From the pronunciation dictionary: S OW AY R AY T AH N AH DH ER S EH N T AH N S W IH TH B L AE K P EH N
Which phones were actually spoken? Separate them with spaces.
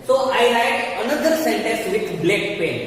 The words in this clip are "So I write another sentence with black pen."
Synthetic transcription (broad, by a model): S OW AY L AY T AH N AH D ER S EH N T AH N S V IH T B L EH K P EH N